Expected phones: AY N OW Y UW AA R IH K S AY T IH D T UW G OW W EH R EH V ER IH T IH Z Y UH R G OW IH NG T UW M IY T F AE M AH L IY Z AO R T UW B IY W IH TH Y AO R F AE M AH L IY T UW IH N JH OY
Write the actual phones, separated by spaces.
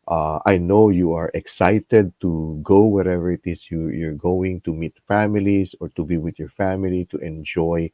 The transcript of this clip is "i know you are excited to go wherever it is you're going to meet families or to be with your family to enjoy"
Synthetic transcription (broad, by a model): AY N OW Y UW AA R IH K S AY T IH D T UW G OW W EH R EH V ER IH T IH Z Y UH R G OW IH NG T UW M IY T F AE M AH L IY S AO R T UW B IY W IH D Y AO R F AE M AH L IY T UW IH N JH OY